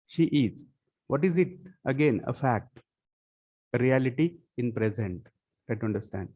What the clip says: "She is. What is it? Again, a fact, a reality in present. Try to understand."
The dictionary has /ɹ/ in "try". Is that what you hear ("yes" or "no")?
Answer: no